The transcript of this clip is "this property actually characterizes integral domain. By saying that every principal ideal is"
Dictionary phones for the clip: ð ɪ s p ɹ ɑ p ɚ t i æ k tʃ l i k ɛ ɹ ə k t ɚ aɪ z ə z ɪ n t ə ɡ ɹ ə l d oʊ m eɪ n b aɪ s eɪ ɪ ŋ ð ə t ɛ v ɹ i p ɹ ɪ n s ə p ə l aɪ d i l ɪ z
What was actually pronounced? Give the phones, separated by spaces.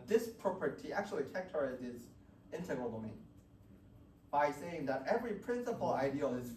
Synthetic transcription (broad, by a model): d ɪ s p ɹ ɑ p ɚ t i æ k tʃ i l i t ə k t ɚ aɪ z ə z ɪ n t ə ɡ ɹ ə l d oʊ m eɪ n b aɪ s eɪ ɪ ŋ ð ə t ɛ v ɹ i p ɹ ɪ n s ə p l aɪ d i l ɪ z